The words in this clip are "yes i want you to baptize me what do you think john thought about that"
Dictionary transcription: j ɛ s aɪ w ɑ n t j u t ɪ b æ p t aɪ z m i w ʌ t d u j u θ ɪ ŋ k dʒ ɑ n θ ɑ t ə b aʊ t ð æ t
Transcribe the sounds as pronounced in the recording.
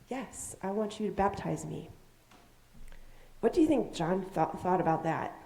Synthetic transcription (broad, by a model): j ɛ s aɪ w ɑ n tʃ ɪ t ɪ b æ p t aɪ z m i w ʌ t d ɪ j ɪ θ ɪ ŋ k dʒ ɑ n θ ɑ t ə b aʊ t ð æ t